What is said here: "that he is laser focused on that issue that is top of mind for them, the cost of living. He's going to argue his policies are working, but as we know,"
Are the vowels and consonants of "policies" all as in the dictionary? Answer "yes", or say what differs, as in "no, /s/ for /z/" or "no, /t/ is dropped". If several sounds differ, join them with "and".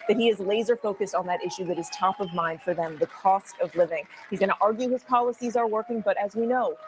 yes